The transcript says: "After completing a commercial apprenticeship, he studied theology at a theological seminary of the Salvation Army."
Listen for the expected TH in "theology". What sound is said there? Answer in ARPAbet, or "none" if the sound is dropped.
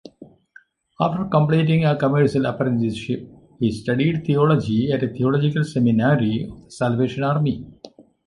T